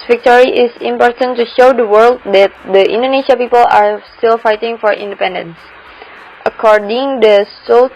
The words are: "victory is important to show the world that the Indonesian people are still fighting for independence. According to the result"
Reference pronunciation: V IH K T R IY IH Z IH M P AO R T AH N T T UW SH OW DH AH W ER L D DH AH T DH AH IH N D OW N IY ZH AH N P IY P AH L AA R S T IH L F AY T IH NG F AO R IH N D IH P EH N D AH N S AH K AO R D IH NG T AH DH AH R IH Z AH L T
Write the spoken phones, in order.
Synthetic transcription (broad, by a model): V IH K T R IY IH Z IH M P AO R T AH N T T UW SH OW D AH W ER L D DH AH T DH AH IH N D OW N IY SH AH P IY P AH L AA R S T IH L F AY T IH NG F AO R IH N D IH P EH N D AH N S AH K AO R D IH NG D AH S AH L